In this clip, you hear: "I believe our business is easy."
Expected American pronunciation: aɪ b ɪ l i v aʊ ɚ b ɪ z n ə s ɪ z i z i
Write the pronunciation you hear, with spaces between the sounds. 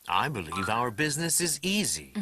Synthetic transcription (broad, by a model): aɪ b ɪ l i v aʊ ɚ b ɪ z n ə s ɪ z i z i